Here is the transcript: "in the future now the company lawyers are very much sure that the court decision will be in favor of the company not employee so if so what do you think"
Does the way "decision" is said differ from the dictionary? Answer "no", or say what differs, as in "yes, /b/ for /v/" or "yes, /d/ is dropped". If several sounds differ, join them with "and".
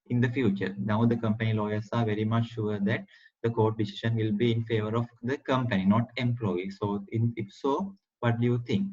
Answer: yes, /ʃ/ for /ʒ/